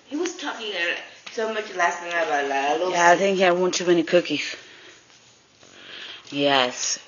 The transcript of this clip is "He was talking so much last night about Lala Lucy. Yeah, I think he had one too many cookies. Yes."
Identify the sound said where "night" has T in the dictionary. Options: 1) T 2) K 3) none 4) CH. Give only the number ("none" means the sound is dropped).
3